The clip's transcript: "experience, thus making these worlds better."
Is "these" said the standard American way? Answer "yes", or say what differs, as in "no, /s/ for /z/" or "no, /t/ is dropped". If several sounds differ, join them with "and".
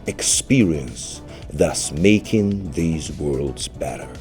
yes